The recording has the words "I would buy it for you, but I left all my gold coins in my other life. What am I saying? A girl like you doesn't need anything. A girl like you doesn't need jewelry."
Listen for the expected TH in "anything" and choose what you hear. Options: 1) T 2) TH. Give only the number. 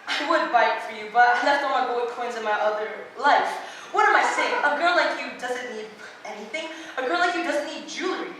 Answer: 2